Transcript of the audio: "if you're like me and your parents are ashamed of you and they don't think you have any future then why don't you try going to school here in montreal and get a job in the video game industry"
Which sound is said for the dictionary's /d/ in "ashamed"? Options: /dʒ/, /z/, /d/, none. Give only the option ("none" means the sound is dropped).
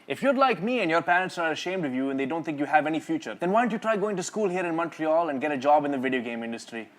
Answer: /d/